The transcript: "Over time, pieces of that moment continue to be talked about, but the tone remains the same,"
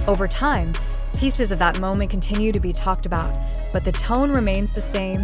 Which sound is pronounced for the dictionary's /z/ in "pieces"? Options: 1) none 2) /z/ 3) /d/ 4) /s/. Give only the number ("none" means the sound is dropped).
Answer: 2